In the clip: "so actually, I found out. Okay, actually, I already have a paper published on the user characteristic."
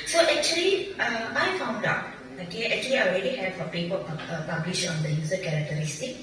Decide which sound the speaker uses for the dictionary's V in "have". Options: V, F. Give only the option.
F